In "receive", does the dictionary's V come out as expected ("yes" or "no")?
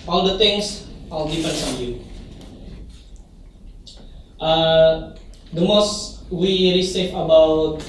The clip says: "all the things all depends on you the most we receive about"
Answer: no